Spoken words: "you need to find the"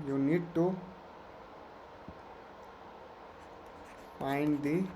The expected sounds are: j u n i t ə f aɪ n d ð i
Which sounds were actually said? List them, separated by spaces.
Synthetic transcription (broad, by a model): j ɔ n i t ə p aɪ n d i